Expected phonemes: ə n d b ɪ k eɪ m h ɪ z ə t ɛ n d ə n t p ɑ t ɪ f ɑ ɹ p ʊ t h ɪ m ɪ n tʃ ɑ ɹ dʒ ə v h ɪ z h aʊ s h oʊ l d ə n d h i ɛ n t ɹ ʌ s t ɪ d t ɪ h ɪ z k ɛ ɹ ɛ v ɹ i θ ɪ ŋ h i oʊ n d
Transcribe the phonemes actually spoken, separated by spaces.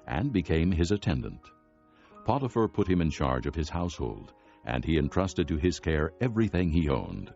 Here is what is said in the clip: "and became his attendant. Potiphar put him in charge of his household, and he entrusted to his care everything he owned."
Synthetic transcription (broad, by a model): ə n b ɪ k eɪ m ɪ z ə t ɛ n d ə n t p ɑ t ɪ f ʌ ɹ p ʊ t h ɪ m ɪ n tʃ ɑ ɹ dʒ ə v ɪ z h aʊ s h oʊ l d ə n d i ɛ n t ɹ ʌ s t ɪ d t ɪ ɪ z k ɛ ɹ ɛ v ɹ i θ ɪ ŋ i oʊ n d